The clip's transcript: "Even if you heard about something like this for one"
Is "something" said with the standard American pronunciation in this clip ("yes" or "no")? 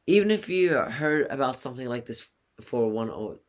yes